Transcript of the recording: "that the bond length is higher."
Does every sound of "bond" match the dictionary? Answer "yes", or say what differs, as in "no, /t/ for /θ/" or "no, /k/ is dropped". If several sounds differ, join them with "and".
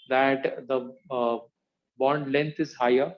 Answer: yes